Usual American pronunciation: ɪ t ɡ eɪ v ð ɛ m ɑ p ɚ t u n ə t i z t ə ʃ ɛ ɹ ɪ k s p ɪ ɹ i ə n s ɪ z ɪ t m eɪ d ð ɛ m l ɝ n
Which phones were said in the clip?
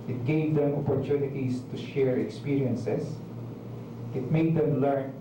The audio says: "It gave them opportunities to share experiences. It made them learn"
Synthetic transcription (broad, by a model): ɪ t ɡ eɪ v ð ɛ m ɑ p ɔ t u n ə t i s t ə ʃ ɛ ɹ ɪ k s p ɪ ɹ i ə n s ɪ s ɪ t m eɪ d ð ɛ m l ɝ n